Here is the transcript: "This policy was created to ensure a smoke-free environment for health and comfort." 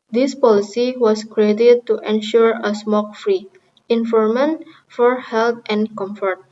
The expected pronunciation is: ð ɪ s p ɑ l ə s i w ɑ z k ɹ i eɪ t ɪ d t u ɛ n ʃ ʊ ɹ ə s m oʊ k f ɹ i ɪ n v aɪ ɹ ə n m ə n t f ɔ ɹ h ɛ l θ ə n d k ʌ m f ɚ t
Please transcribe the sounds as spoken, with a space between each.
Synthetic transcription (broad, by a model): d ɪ s p ɑ l ə s i w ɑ s k ɹ i eɪ t ɪ d t u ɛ n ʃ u ɹ ə s m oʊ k f ɹ i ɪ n f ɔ ɹ m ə n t f ɔ ɹ h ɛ l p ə n k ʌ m f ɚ t